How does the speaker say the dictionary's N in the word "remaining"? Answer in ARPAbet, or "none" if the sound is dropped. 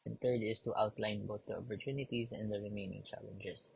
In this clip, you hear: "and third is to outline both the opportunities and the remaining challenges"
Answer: N